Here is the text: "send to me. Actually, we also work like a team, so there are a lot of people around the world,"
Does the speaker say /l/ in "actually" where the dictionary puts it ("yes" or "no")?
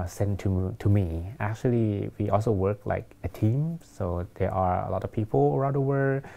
yes